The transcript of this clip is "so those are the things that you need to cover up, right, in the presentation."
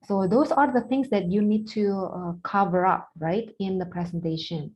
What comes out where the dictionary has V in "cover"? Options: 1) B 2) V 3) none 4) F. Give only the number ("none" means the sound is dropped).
2